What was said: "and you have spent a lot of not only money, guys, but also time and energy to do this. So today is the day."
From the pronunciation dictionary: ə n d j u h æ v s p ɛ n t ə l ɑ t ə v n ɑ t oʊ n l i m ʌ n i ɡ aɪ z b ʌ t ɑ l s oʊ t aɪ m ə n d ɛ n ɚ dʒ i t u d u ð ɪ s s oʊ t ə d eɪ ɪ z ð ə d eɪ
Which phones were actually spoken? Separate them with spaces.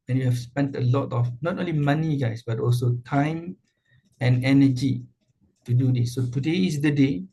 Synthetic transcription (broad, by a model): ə n j u h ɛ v s p ɛ n t ə l ɑ t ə f n ɑ t oʊ n l i m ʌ n i ɡ aɪ s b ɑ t ɑ l s oʊ t aɪ m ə n ɛ n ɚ dʒ i t u d u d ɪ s s oʊ t ə d eɪ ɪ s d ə d eɪ